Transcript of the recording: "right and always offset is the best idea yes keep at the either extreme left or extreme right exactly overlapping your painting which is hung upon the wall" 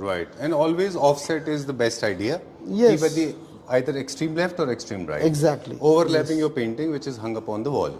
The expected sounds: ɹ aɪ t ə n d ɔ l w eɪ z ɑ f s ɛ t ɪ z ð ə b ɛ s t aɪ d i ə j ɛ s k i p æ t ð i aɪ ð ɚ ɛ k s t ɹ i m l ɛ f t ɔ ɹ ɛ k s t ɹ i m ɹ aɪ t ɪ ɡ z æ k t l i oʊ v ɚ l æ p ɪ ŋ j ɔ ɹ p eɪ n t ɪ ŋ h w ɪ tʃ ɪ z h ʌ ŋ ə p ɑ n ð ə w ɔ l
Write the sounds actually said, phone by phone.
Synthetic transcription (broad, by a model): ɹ aɪ t ə n d ɔ l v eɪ z ɑ f s ɛ t ɪ z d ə b ɛ s t aɪ d i ə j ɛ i b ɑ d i aɪ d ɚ ɛ k s t ɹ i m l ɛ f t ɔ ɹ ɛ k s t ɹ i m ɹ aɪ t ɪ ɡ z æ k t l i oʊ v ɚ l æ p ɪ ŋ j ɔ ɹ p eɪ n t ɪ ŋ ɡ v ɪ tʃ ɪ z h ʌ ŋ ə p ɑ n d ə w ɔ l